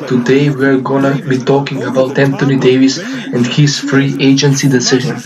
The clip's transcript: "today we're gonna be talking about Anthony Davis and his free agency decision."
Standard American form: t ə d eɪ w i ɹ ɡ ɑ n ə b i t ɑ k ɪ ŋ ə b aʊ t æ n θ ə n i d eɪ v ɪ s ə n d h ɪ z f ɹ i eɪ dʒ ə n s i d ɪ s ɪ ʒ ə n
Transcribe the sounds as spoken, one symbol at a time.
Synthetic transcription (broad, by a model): t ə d eɪ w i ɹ ɡ ɑ n ə b i t ɑ k ɪ ŋ ə b aʊ t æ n t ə n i d eɪ v ɪ s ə n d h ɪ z f ɹ i eɪ dʒ ə n s i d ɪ s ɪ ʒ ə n